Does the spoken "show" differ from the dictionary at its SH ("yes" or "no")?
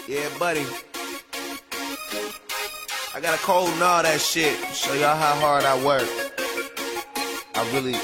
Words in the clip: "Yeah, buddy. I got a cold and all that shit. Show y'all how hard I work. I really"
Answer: yes